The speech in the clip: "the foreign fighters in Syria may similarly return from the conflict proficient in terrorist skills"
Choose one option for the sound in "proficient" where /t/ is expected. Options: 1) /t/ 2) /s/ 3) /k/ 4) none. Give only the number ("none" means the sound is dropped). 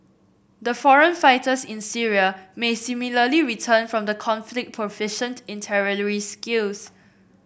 1